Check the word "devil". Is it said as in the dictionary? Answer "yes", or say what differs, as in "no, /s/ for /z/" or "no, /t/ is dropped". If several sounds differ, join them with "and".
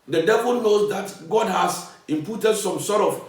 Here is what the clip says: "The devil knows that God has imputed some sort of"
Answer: yes